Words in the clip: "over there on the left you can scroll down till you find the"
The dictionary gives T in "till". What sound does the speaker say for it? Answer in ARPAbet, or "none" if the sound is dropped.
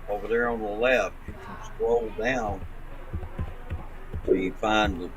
S